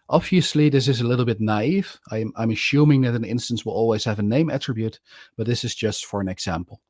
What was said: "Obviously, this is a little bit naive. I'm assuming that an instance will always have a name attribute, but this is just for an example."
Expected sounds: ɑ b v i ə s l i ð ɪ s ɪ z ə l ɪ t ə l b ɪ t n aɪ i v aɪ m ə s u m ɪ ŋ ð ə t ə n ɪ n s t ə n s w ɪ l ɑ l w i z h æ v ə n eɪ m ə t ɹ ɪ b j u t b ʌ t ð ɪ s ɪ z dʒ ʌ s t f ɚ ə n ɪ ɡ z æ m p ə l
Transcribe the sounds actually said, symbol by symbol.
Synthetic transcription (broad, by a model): ɑ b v i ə s l i ð ɪ s ɪ z ə l ɪ t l b ɪ t n aɪ i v aɪ m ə ʃ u m ɪ ŋ ð ə t ə n ɪ n s t ə n s w ɪ l ɑ l w i z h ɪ v ə n eɪ m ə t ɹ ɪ b j u t b ʌ t ð ɪ s ɪ z dʒ ʌ s t f ɚ ə n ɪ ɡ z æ m p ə l